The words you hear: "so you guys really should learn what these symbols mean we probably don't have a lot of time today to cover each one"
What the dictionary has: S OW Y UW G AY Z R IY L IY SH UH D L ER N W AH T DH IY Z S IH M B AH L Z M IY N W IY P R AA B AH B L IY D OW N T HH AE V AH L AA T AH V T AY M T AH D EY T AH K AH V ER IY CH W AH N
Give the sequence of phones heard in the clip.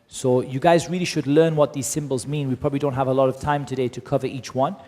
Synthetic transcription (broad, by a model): S OW Y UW G AY Z R IY L IY SH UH D L ER N W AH T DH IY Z S IH M B AH L Z M IY N W IY P R AA B AH B L IY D OW N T HH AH V AH L AA T AH V T AY M T AH D EY T AH K AH V ER IY CH W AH N